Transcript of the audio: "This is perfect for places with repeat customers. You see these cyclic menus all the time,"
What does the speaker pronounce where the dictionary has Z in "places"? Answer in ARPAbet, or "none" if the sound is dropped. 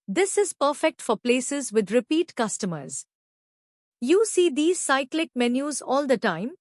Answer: Z